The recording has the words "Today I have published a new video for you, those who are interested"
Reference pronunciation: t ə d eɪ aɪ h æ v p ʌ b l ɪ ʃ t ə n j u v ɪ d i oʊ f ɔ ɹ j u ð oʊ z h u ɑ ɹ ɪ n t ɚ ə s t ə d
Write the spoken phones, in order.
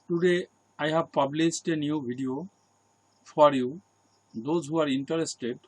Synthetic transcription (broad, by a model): t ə d eɪ aɪ h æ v p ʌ b l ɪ s t ə n j u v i d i oʊ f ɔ ɹ j u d oʊ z h u ɑ ɹ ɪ n t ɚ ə s t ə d